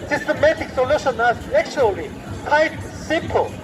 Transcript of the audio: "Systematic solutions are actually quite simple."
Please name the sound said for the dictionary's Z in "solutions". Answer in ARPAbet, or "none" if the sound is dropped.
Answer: none